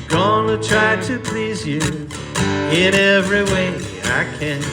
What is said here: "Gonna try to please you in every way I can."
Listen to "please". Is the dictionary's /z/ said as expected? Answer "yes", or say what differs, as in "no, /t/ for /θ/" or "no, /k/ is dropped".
yes